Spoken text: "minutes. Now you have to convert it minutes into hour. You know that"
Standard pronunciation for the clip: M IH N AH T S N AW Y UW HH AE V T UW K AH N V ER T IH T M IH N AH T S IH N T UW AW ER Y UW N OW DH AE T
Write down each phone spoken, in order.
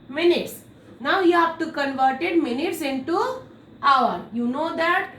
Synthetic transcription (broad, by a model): M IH N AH T S N AW Y UW HH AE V T UW K AH N V ER T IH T M IH N AH T S IH N T UW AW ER Y UW N OW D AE T